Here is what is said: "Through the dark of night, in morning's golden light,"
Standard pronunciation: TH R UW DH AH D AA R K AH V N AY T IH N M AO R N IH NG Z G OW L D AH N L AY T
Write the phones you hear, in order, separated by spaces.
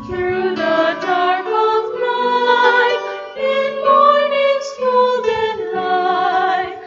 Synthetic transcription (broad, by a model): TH R UW DH AH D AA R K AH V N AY IH N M AO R N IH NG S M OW L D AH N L AY